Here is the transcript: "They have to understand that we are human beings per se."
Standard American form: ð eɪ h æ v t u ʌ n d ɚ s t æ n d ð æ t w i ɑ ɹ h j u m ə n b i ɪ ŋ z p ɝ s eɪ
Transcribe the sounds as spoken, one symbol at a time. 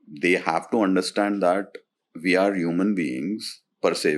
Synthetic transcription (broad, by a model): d eɪ h æ v t u ʌ n d ɚ s t æ n d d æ t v i ɑ ɹ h j u m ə n b i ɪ ŋ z p ɝ s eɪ